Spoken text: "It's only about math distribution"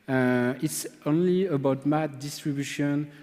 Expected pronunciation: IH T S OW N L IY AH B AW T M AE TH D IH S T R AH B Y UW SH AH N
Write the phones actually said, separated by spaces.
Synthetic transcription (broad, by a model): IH T S OW N L IY AH B AW T M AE T D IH S T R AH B Y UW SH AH N